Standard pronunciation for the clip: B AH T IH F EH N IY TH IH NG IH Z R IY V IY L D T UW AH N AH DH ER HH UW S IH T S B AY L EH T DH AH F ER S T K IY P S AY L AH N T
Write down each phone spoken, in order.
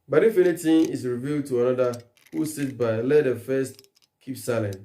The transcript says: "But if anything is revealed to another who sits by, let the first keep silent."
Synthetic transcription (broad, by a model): B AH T IH F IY L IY T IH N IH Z R IY V IY L D T UW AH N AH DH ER HH UW S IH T B AY L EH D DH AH F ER S T K IY P S AY L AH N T